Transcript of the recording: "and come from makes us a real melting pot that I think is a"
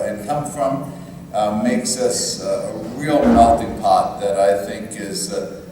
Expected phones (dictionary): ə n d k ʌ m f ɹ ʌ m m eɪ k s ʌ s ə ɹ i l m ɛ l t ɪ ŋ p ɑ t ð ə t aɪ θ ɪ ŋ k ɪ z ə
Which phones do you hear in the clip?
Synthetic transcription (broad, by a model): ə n k ʌ m f ɹ ʌ m m eɪ k s ʌ s ə ɹ i l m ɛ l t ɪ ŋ p ɑ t ð ə t aɪ θ ɪ ŋ k ɪ z